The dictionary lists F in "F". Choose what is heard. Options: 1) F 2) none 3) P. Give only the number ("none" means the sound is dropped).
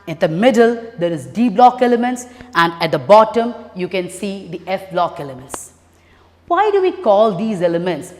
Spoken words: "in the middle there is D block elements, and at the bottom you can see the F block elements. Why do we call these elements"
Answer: 1